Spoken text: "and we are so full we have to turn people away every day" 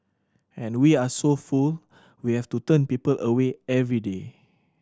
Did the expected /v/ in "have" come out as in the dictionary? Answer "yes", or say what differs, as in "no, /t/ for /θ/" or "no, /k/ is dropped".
no, /f/ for /v/